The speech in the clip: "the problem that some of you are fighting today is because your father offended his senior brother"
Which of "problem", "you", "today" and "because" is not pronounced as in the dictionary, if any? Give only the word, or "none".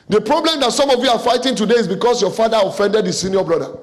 because